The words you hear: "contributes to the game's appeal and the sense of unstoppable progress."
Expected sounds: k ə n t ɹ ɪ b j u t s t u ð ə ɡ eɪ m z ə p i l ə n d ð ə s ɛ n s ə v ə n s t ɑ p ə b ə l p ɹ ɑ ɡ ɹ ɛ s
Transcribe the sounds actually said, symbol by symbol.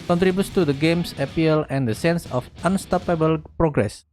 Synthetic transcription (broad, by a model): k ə n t ɹ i b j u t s t u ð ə ɡ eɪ m s ə p i l ə n d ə s ɛ n s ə f ə n s t ɑ p ə b ə l p ɹ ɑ ɡ ɹ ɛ s